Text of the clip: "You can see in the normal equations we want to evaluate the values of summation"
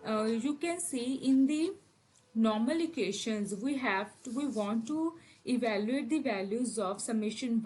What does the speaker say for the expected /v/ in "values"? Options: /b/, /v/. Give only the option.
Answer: /v/